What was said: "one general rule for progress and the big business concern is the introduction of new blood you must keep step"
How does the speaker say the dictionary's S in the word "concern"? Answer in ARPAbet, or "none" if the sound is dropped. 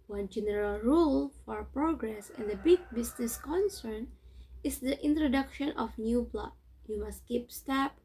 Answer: S